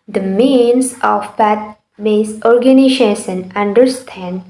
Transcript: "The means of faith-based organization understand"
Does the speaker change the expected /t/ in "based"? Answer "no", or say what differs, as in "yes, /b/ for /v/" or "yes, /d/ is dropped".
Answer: yes, /t/ is dropped